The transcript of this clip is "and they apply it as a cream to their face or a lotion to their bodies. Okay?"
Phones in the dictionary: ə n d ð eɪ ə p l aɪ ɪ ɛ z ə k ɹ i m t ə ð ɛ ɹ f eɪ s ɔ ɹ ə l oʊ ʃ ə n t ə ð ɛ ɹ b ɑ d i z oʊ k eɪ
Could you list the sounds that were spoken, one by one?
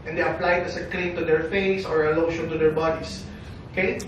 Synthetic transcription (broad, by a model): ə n d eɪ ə p l aɪ ɪ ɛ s ə k l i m t ə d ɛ ɹ f eɪ s ɔ ɹ ə l oʊ ʃ ə n t ə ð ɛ ɹ b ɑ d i s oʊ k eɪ